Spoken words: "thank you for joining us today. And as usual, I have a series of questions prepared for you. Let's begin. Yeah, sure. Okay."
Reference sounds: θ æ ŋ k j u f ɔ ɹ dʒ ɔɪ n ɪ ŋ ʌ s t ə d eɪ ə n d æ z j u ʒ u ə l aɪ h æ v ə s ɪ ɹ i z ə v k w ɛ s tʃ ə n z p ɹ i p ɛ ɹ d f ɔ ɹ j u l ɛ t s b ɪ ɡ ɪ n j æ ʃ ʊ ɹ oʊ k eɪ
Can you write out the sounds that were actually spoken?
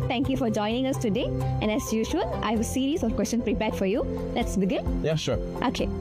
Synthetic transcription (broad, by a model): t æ ŋ k j u f ɔ ɹ dʒ ɔɪ n ɪ ŋ ʌ s t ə d eɪ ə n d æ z j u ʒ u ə l aɪ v ə s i ɹ i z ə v k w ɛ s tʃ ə n p ɹ i p ɛ ɹ d f ɔ ɹ j u l ɛ t s b ɪ ɡ ɪ n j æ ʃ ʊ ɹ oʊ k eɪ